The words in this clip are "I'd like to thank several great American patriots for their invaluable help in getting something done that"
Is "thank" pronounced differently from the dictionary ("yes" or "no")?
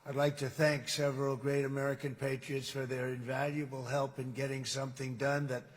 no